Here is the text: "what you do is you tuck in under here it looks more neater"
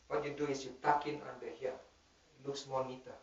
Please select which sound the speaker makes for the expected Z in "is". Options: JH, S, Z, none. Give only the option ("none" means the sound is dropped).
S